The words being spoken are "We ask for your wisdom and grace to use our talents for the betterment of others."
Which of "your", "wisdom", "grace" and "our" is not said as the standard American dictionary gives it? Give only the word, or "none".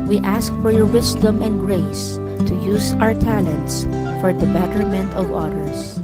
wisdom